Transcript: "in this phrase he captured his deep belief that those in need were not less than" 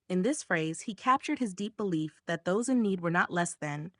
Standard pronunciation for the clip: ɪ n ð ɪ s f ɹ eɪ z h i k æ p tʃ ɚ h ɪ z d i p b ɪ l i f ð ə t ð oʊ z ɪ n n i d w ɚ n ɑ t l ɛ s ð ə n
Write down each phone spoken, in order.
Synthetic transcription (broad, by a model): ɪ n ð ɪ s f ɹ eɪ z h i k æ p tʃ ɚ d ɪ z d i p b ɪ l i f ð ə t ð oʊ z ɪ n n i d w ɚ n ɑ t l ɛ s ð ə n